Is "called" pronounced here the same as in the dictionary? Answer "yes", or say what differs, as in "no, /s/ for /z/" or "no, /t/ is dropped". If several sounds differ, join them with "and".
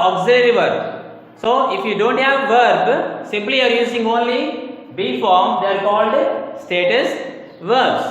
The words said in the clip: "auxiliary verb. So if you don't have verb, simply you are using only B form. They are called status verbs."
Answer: yes